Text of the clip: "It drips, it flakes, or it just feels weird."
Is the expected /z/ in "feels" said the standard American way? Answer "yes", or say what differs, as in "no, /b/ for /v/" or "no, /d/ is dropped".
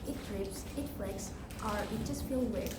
no, /z/ is dropped